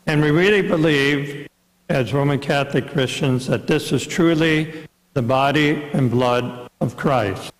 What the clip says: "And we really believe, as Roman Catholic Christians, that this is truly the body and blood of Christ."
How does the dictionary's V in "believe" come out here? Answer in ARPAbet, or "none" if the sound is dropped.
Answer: V